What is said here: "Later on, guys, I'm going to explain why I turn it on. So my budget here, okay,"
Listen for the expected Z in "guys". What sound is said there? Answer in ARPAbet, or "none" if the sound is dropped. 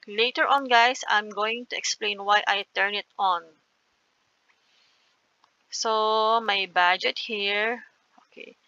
S